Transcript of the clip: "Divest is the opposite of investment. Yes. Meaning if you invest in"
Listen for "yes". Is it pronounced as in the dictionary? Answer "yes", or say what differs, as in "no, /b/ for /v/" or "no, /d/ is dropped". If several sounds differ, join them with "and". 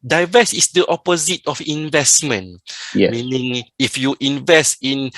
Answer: no, /s/ is dropped